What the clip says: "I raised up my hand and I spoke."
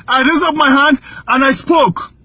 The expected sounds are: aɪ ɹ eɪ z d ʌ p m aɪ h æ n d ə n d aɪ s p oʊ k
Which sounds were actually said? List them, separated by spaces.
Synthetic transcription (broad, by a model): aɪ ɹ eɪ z ʌ p m aɪ h æ n d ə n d aɪ s p oʊ k